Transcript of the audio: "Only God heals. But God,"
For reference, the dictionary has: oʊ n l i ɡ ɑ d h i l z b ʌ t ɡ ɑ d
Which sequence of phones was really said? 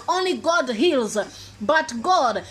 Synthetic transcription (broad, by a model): oʊ n l i ɡ ɑ d h i l z b ʌ t ɡ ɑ d